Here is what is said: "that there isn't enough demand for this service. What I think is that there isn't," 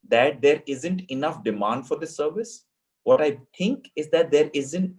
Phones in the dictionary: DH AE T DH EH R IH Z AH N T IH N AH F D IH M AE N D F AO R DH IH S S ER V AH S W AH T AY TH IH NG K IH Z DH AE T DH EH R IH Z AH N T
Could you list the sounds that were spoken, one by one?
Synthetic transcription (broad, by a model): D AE T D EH R IH Z AH N T IH N AH F D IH M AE N D F AO R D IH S S ER V AH S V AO T AY T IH NG K IH Z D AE T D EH R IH Z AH N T